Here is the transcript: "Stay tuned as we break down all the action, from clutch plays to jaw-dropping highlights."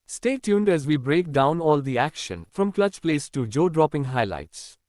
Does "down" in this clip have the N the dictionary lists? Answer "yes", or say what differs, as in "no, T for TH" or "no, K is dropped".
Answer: yes